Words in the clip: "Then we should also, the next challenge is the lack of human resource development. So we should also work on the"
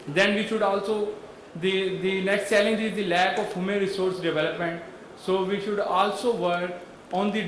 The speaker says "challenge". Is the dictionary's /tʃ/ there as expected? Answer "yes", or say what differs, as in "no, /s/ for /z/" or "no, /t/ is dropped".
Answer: no, /s/ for /tʃ/